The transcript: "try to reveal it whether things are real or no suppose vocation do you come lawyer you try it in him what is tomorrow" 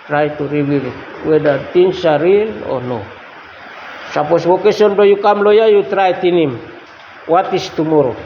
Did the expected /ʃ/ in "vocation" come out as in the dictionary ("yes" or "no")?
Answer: no